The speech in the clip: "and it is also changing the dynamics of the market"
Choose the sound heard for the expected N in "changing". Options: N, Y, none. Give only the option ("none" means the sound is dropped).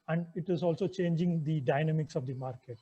N